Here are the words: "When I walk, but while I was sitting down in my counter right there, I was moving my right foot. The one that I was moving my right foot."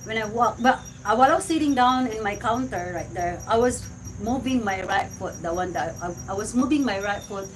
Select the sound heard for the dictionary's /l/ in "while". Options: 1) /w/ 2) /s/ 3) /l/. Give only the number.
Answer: 1